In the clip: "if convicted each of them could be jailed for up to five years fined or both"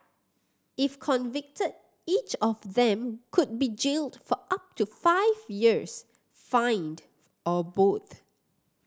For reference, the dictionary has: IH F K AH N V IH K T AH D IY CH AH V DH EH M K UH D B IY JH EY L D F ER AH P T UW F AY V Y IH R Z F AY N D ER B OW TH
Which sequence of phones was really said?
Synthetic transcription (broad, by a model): IH F K AH N V IH K T AH D IY CH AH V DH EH M K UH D B IY JH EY L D F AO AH P T UW F AY V Y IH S F AY N D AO B OW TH